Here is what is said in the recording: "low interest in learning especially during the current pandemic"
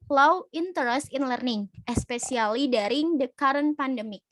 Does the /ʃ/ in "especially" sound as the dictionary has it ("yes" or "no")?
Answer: no